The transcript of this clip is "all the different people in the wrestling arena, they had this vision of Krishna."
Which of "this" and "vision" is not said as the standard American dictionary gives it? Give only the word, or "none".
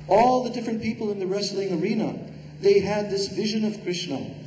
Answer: none